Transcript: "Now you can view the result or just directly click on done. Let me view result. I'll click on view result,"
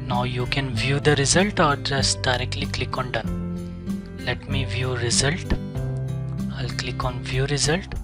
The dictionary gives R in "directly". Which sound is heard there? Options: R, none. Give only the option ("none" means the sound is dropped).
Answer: R